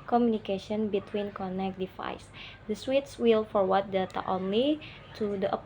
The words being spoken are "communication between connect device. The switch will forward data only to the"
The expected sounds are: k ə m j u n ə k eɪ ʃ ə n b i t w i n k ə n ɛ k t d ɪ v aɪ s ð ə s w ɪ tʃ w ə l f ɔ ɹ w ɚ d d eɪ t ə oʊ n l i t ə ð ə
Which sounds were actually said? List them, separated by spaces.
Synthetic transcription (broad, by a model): k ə m j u n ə k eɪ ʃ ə n b i t w i n k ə n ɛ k d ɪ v aɪ s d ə s w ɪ s w ə l f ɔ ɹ w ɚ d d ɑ t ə oʊ n l i t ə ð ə